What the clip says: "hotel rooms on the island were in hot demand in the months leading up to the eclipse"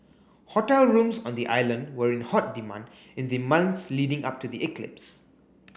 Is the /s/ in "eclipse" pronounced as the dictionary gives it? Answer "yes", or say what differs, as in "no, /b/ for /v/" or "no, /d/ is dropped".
yes